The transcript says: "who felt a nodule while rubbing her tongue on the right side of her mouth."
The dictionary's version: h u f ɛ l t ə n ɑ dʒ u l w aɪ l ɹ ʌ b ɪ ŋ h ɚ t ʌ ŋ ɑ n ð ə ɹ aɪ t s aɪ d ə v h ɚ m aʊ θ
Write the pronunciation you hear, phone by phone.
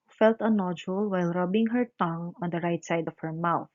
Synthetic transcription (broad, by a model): f ɛ l t ə n ɑ dʒ u l w aɪ l ɹ ʌ b ɪ ŋ h ɚ t ʌ ŋ ɑ n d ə ɹ aɪ t s aɪ d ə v h ɚ m aʊ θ